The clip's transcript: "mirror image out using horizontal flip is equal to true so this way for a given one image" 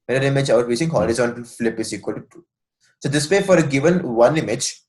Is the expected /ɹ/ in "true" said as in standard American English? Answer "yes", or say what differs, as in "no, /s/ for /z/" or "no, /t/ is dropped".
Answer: no, /ɹ/ is dropped